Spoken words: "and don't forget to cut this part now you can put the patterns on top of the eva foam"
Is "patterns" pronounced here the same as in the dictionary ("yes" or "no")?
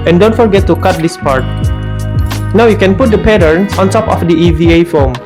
no